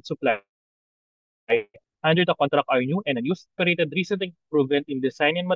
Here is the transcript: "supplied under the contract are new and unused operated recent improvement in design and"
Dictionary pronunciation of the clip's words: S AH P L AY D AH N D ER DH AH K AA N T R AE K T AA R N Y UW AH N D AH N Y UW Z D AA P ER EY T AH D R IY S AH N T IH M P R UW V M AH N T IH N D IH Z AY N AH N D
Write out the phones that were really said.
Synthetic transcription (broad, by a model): S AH P L AY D AH N D ER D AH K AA N T R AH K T AA R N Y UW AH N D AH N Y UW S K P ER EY T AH D R IY S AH N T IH P R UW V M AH N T IH N D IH S AY N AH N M